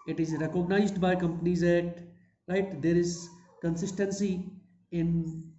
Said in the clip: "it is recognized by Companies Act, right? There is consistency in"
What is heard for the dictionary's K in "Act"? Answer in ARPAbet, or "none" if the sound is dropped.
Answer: none